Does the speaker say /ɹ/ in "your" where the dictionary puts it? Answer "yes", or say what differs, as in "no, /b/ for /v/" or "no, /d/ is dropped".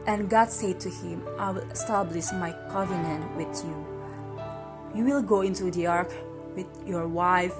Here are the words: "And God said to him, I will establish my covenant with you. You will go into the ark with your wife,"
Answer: yes